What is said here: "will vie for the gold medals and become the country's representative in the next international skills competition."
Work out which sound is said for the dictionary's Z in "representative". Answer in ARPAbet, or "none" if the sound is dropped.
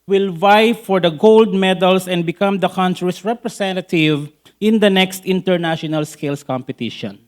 S